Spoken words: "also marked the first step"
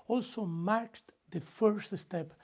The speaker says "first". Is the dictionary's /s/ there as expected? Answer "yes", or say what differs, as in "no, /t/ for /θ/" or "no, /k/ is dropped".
yes